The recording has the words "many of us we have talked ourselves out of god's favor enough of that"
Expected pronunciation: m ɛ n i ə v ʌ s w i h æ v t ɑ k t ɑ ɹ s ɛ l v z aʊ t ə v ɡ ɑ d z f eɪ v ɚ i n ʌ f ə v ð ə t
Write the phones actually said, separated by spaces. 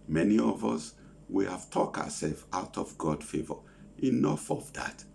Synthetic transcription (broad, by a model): m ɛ n i ə v ʌ s w i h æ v t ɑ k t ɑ s ɛ l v aʊ t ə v ɡ ɑ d f eɪ v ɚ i n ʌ f ə v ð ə t